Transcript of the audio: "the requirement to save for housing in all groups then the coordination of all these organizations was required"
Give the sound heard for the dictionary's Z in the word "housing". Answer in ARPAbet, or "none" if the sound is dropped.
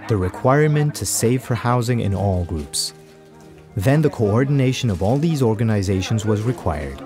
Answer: Z